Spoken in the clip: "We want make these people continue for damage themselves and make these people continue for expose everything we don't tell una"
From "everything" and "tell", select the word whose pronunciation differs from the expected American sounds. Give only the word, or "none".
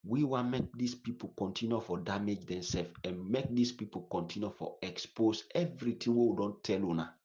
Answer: everything